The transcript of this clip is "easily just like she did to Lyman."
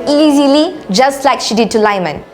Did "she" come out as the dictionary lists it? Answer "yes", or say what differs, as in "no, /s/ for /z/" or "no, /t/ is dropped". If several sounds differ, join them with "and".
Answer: yes